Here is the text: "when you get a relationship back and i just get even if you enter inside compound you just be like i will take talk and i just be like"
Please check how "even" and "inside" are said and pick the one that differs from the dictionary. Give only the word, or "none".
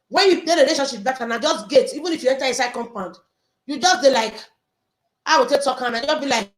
inside